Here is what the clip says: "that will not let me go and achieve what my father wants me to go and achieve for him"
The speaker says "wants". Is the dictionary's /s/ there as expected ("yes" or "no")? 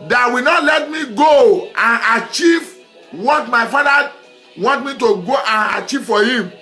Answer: no